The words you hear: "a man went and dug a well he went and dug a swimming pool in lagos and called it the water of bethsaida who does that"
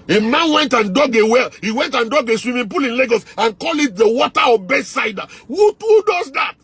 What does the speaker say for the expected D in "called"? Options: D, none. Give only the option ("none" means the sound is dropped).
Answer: none